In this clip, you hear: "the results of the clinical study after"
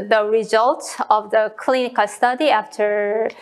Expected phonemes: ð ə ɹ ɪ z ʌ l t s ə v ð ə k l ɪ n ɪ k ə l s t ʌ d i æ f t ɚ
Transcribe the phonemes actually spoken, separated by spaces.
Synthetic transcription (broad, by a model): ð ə ɹ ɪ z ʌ l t ə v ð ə k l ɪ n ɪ k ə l s t ʌ d i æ f t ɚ